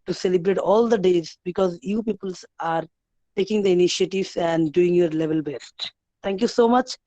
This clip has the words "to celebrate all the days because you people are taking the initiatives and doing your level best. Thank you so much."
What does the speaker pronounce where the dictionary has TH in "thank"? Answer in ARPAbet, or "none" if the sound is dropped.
T